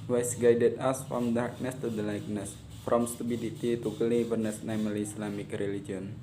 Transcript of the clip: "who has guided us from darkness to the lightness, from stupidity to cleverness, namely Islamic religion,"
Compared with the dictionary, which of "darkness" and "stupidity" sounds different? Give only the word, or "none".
stupidity